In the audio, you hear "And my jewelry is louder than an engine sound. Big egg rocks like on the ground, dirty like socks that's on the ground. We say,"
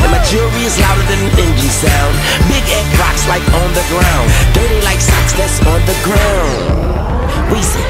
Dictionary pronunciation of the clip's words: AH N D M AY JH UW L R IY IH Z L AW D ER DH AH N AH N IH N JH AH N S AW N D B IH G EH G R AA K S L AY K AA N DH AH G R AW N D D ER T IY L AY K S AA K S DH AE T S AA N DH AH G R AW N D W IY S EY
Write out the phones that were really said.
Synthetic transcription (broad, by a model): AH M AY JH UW R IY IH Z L AW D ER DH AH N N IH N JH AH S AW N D B IH G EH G R AA K S L AY K N DH AH G R AW N D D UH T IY L AY K S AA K S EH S N DH AH G R AW N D W IY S